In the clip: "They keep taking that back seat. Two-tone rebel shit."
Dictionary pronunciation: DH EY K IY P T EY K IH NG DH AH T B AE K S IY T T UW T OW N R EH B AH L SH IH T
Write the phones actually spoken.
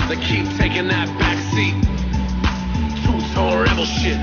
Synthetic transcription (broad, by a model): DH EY K IY P T EY K IH NG DH AH T B AE K S IY T T UW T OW L R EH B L SH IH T